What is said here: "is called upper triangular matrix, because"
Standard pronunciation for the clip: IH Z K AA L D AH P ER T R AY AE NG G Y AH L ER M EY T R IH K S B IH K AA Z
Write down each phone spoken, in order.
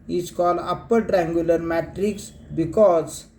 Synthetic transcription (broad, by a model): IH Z K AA L AH P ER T R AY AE NG G Y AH L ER M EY T R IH K S B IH K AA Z